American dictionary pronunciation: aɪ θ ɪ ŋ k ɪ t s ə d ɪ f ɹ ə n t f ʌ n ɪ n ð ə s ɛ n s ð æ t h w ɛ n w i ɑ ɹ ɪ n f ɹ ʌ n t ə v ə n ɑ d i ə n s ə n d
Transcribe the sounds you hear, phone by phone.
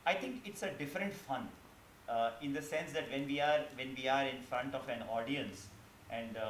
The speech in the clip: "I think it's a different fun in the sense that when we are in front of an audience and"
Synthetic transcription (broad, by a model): aɪ t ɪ ŋ k ɪ t s ə d ɪ f ɹ ə n t f ʌ n ɪ n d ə s ɛ n s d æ t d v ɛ n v i ɑ ɹ ɪ n f ɹ ʌ n t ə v ə n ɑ d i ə n s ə n d